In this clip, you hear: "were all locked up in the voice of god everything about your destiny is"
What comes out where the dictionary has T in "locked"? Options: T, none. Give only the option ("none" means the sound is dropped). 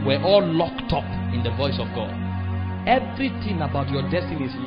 T